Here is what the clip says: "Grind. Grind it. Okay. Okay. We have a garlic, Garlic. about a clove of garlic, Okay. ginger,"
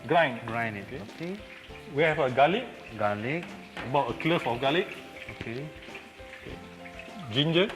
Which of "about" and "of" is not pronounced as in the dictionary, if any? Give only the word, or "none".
of